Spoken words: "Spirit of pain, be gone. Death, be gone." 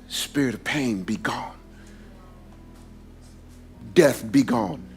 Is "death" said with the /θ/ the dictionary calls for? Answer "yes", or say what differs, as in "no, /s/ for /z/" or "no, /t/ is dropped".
yes